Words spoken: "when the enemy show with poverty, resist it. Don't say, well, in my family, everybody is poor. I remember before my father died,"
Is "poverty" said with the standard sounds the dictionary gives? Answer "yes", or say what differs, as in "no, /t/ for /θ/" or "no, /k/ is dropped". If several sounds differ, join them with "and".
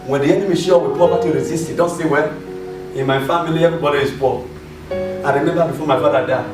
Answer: no, /p/ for /v/